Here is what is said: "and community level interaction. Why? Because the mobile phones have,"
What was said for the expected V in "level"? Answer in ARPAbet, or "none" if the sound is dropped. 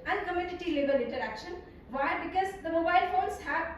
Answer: B